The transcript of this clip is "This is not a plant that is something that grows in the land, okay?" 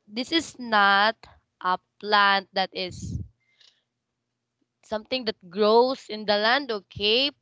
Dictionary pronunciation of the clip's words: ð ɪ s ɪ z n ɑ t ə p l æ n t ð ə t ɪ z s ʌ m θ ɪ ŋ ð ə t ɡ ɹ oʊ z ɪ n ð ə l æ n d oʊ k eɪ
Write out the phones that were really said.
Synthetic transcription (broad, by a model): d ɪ s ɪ s n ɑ t ə p l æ n t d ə t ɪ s s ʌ m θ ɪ ŋ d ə t ɡ ɹ oʊ s ɪ n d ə l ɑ n d oʊ k eɪ